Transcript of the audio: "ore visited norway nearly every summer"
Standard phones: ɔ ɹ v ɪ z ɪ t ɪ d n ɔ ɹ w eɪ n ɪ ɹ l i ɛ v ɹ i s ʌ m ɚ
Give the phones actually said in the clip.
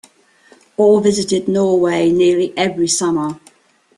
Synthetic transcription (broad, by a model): ɔ l v ɪ z ɪ t ɪ d n ɔ w eɪ n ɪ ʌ l i ɛ v ɹ i s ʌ m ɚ